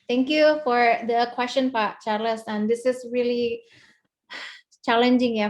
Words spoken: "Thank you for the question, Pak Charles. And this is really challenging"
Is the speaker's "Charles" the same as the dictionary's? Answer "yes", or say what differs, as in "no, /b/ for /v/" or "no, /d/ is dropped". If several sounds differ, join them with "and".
no, /s/ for /z/